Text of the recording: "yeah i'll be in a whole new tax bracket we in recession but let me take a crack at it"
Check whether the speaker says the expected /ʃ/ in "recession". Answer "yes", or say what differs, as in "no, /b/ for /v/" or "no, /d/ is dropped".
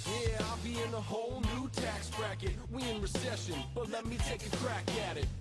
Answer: yes